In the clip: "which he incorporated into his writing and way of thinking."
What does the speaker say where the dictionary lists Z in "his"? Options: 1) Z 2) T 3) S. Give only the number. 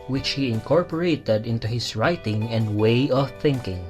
3